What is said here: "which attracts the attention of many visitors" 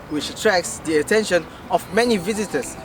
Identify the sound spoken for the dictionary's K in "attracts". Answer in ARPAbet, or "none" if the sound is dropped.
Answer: K